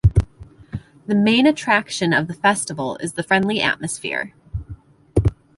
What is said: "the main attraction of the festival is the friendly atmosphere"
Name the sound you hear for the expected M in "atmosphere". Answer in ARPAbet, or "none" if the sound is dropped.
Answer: M